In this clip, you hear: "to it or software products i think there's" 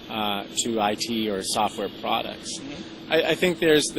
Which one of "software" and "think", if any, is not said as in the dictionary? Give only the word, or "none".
none